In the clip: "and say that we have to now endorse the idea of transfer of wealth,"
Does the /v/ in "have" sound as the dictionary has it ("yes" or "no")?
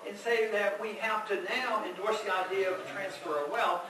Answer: no